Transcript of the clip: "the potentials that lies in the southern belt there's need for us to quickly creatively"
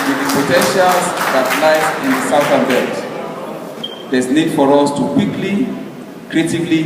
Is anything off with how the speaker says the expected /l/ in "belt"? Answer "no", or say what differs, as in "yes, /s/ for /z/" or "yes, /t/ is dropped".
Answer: yes, /l/ is dropped